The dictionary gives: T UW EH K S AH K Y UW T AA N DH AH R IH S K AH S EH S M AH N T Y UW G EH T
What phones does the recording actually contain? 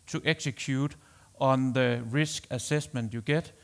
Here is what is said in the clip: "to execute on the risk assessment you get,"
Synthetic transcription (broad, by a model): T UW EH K S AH K Y UW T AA N DH AH R IH S K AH S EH S M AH N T Y UW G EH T